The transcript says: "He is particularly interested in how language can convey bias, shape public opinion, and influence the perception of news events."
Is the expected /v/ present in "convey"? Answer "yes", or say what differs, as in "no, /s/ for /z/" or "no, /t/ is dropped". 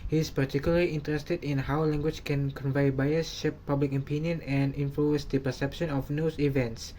yes